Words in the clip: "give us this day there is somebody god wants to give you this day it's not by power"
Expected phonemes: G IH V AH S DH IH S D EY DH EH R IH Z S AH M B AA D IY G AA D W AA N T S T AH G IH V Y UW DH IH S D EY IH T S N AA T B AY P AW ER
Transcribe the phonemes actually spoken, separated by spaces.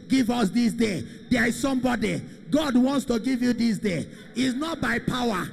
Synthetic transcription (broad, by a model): G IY V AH S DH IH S D EY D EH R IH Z S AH M B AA D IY G AA D W AA N T S T AH G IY V Y UW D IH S D EY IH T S N AA T B AY P AW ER